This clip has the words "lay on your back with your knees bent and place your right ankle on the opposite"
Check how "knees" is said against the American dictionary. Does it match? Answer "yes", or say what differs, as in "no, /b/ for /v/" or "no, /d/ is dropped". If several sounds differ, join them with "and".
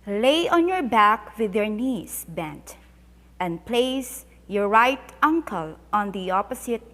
no, /s/ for /z/